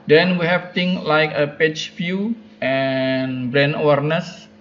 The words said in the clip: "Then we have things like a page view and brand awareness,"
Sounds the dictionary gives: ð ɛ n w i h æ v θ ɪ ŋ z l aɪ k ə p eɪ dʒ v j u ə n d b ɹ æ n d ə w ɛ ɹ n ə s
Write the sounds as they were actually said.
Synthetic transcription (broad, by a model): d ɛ n w i h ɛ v t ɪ ŋ s l aɪ k ə p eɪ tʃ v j u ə n b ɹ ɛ n ə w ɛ ɹ n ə s